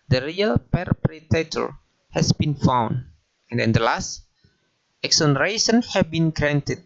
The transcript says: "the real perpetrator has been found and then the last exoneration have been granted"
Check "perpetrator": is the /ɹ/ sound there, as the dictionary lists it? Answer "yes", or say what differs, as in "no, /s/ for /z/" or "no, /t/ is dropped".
no, /ɹ/ is dropped